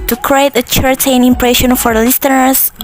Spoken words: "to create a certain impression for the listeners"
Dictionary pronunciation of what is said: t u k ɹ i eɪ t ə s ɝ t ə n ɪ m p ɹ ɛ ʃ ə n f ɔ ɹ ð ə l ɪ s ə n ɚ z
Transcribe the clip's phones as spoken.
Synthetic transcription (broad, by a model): t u k ɹ i eɪ t ə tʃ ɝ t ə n ɪ m p ɹ ɛ ʃ ə n f ɔ ɹ l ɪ s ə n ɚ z